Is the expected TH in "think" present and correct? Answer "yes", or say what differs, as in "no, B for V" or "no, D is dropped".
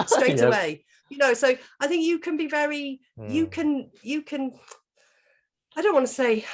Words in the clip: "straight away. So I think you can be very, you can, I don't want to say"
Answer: yes